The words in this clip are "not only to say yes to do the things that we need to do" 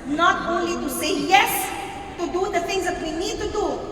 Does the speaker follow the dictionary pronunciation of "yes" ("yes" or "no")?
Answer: yes